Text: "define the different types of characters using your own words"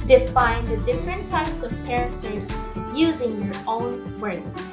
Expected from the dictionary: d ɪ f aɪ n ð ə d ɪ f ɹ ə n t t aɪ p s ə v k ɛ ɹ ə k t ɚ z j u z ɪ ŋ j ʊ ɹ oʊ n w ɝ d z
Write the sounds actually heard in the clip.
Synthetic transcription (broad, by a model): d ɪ f aɪ n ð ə d ɪ f ɹ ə n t t aɪ p s ə v k ɛ ɹ ə k t ɚ z j u z ɪ ŋ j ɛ ɹ oʊ n w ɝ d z